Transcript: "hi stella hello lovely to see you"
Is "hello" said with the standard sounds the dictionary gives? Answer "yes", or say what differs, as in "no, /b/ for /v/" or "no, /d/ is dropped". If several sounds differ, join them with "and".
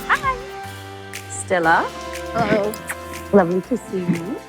no, /l/ is dropped